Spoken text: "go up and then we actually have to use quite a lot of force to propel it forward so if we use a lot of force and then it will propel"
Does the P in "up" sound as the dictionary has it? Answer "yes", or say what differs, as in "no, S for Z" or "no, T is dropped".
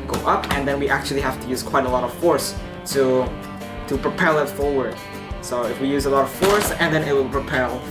yes